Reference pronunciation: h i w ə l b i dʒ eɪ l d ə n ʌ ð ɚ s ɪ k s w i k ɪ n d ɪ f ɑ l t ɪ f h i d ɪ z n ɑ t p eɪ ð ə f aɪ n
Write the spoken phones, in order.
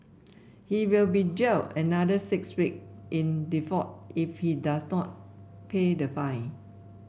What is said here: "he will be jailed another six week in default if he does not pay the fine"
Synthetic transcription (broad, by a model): h i w ə l b i dʒ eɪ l ə n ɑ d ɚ s ɪ k s w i k ɪ n d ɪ f ɑ t ɪ f h i d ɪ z n ɑ t p eɪ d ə f aɪ n